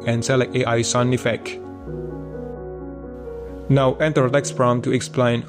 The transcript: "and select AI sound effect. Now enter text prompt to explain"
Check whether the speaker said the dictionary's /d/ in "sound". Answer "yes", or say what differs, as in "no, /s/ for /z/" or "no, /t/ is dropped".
no, /d/ is dropped